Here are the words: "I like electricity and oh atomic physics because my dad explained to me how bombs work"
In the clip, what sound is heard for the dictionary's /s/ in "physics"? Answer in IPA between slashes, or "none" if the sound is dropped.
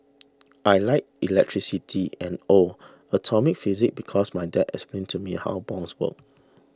none